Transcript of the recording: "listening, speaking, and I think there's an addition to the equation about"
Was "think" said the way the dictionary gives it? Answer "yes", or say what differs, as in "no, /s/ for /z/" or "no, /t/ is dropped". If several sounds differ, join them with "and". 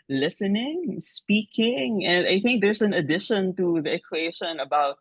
yes